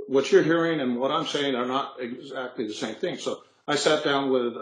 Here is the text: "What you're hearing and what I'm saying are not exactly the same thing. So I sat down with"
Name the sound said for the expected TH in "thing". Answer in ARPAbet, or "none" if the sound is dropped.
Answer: TH